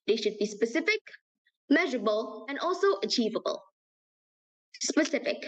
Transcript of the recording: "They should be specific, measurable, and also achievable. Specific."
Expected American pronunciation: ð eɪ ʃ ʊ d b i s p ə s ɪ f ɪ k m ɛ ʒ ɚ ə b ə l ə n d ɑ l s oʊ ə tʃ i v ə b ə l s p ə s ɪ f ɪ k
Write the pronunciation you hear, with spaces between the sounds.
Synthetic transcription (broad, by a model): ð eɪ ʃ ʊ d b i s p ə s ɪ f ɪ k m ɛ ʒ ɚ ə b ə l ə n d ɑ l s oʊ ə tʃ i v ə b ə l s p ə s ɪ f ɪ k